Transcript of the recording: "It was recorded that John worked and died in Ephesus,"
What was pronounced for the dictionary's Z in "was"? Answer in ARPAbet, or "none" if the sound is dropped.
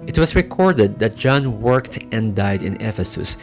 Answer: S